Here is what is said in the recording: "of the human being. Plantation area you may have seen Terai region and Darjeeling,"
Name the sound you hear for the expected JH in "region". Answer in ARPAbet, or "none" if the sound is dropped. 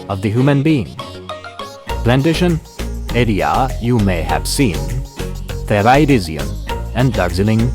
Z